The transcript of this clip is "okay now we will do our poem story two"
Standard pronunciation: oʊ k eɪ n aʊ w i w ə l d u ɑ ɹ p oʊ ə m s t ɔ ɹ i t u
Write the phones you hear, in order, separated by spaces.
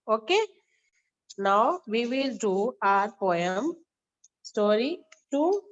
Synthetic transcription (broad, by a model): oʊ k eɪ n aʊ w i w ə l d u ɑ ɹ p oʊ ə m s t ɔ ɹ i t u